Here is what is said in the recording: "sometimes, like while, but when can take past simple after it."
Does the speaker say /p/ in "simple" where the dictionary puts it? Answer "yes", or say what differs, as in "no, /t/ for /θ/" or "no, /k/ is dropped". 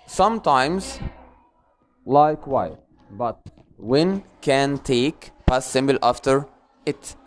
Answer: no, /b/ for /p/